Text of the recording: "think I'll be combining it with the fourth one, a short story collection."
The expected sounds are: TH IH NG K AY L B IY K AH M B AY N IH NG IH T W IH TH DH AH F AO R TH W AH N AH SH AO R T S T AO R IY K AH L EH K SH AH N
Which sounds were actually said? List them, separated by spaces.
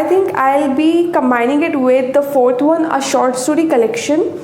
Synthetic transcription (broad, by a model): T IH NG K AY L B IY K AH M B AY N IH NG IH T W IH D AH F AO R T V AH N AH SH AO R T S T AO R IY K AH L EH K SH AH N